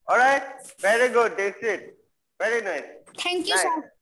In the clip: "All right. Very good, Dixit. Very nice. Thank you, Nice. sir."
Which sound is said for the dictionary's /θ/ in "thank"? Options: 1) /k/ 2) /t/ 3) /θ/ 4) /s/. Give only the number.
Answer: 2